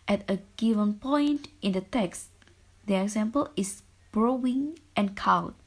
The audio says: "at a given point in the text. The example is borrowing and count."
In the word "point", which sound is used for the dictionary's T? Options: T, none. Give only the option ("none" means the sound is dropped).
T